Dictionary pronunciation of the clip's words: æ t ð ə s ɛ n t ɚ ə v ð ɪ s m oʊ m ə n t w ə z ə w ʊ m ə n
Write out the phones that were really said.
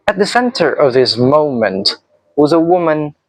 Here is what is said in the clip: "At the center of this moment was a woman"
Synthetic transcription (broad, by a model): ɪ t ð ə s ɛ n t ɚ ə v ð ɪ s m oʊ m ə n t w ə z ə w ʊ m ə n